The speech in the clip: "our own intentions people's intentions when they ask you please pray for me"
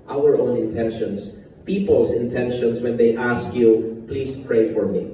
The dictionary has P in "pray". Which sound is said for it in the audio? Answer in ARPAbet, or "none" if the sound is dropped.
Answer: P